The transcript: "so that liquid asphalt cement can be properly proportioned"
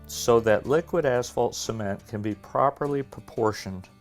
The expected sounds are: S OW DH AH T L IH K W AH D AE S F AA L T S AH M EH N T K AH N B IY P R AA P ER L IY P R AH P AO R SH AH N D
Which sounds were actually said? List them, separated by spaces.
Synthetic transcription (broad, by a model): S OW DH AH T L IH K W AH D AE S F AA L T S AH M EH N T K AH N B IY P R AA P ER L IY P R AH P AO R SH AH N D